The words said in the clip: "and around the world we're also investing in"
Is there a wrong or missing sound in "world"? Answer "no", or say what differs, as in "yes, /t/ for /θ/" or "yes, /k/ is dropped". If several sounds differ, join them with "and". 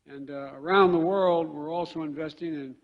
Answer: no